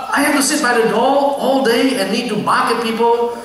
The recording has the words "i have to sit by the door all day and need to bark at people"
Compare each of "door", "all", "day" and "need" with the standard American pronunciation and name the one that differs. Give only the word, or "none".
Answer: door